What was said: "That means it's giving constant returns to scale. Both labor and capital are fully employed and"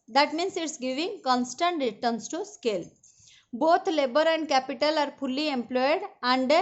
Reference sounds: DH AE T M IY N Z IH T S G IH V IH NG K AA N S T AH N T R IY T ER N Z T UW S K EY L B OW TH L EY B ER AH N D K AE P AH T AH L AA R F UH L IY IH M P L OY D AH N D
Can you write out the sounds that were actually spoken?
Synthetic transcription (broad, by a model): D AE T M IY N S IH T S G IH V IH NG K AA N S T AH N T R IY T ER N S T UW S K EY L B OW T L EY B ER AH N D K AE P AH T AH L AA R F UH L IY IH M P L OY D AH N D